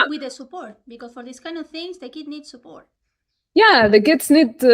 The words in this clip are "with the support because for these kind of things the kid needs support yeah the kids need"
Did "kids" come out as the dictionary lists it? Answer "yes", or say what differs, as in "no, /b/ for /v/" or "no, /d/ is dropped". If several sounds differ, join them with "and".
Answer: no, /s/ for /z/